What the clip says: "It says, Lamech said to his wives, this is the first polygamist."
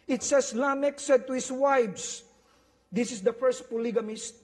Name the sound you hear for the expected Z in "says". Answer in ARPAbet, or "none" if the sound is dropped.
S